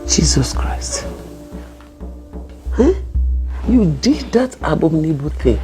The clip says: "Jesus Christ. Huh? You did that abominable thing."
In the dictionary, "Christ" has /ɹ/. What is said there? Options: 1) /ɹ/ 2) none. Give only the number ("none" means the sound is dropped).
1